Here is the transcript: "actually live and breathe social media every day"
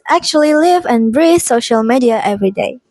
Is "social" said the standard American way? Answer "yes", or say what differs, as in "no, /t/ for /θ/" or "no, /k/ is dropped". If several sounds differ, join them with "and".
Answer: yes